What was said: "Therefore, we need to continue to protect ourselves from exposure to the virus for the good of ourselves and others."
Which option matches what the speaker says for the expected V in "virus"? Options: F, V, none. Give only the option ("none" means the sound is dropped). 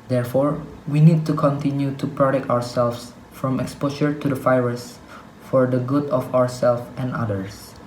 F